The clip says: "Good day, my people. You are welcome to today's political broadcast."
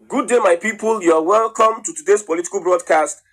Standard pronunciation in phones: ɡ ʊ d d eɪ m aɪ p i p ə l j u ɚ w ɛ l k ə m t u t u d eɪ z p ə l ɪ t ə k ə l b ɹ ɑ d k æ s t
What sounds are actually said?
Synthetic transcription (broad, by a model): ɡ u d d eɪ m aɪ p i p ə l j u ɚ w ɛ l k ə m t u t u d eɪ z p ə l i t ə k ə l b ɹ ɑ d k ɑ s t